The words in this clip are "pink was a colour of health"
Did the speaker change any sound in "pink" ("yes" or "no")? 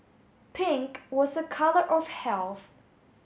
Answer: no